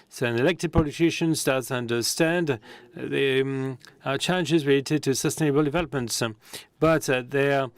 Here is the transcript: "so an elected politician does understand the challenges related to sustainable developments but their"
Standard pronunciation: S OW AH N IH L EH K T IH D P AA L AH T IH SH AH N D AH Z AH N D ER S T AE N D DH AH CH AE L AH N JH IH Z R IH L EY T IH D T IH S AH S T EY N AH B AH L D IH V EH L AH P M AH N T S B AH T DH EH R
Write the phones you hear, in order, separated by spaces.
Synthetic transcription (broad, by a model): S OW AH N IH L EH K T IH D P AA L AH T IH SH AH N D AH Z AH N D ER S T AE N D DH AH CH AE L AH N JH IH Z R IH L EY T IH D T IH S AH S T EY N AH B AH L D IH V EH L AH P M AH N T S B AH T DH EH